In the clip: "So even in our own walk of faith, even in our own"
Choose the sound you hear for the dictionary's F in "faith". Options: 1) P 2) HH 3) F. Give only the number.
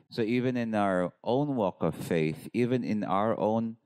3